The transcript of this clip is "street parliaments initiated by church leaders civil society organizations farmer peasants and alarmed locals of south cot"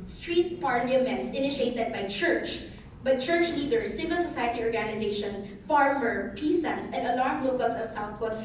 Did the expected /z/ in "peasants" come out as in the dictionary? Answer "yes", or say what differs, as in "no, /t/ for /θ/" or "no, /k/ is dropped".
no, /s/ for /z/